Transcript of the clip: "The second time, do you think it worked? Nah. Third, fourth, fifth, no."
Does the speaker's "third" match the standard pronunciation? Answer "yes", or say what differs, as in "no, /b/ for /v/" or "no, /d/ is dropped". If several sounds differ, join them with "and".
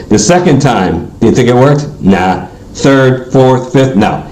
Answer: yes